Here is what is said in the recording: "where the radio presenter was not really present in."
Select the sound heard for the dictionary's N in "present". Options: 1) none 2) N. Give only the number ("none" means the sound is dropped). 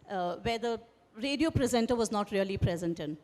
2